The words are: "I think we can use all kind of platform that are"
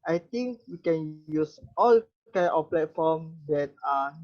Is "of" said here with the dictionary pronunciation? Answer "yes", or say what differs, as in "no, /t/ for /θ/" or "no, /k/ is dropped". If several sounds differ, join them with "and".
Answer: no, /f/ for /v/